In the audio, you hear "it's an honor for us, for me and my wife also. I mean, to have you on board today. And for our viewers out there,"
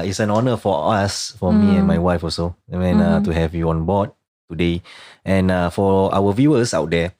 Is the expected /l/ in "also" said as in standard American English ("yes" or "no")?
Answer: no